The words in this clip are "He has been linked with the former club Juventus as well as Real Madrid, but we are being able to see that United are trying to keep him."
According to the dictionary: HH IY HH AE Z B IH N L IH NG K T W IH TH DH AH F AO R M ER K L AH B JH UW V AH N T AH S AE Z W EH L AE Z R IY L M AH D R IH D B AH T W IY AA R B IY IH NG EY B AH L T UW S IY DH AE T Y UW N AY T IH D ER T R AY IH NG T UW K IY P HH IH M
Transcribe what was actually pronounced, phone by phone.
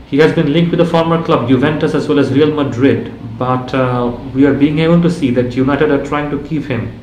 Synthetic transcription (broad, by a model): HH IY HH AE Z B IH N L IH NG K T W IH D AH F AO R M ER K L AH B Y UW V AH N T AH S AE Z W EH L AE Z R IY L M AH D R IH D B AH T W IY AA R B IY IH NG EY B AH L T UW S IY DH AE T Y UW N AY T IH D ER T R AY IH NG T UW K IY P HH IH M